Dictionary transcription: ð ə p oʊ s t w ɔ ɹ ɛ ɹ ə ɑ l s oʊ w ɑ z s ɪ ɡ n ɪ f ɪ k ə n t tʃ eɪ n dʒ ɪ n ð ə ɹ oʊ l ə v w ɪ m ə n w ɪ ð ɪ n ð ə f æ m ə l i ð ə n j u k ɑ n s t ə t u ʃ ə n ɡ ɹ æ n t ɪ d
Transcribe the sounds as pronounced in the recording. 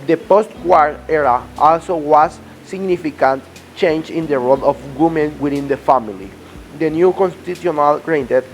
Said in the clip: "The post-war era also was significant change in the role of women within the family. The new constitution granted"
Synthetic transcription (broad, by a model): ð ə p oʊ s t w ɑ ɹ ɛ ɹ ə ɑ l s oʊ w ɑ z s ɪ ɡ n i f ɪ k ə n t tʃ eɪ n dʒ ɪ n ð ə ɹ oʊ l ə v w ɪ m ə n w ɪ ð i n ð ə f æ m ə l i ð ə n j u k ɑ n s t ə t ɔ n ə l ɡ ɹ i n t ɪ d